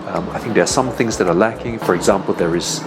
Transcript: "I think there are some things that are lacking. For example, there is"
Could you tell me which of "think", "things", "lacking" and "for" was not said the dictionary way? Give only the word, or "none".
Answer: none